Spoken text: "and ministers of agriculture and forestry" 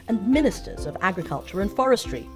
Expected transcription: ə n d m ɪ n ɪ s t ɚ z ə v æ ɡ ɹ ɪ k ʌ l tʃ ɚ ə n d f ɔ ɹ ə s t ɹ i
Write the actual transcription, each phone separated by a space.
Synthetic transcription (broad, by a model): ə n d m ɪ n ɪ s t ɚ z ə v æ ɡ ɹ ɪ k ʌ l tʃ ɚ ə n f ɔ ɹ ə s t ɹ i